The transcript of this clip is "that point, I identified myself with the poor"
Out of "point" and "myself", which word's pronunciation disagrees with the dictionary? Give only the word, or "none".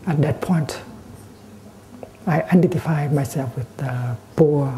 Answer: none